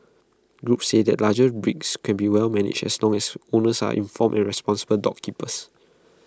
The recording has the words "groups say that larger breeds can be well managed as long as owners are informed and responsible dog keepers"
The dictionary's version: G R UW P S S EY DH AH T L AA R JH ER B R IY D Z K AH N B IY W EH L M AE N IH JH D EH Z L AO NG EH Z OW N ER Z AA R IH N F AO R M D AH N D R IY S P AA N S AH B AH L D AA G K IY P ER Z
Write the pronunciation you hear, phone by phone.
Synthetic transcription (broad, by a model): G R UW P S S EY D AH T L AA JH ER B R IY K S K AH N B IY W EH L M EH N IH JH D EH S L AO NG EH S OW N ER S AA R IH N F AO M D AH N R IY S P AA N S AH B AH L D AA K IY P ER S